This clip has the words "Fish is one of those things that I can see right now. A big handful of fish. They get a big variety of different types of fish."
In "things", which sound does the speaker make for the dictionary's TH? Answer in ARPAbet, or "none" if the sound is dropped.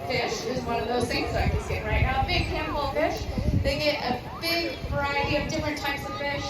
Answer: S